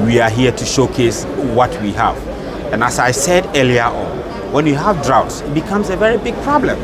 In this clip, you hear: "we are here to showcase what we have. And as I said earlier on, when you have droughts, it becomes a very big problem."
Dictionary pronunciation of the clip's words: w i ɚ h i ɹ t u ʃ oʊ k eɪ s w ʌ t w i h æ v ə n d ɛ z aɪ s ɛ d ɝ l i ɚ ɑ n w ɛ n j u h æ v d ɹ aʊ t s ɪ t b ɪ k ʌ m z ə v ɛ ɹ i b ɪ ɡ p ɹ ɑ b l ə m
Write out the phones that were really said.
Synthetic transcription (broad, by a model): w i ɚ h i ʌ t u ʃ oʊ k eɪ s w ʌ t w i h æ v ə n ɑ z aɪ s ɛ d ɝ l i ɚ ɑ n w ɛ n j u h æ v d ɹ aʊ t s ɪ t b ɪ k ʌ m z ə v ɛ ɹ i b ɪ ɡ p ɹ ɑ b l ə m